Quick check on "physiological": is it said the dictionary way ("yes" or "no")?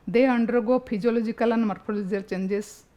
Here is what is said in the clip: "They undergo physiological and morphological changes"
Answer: no